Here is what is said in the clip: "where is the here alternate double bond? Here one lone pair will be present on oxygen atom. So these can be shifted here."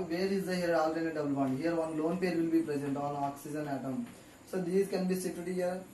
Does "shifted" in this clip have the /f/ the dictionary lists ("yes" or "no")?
no